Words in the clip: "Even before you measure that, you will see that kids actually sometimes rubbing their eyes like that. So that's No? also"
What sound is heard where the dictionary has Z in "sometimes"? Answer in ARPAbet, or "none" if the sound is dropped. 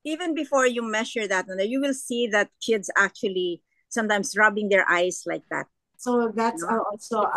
S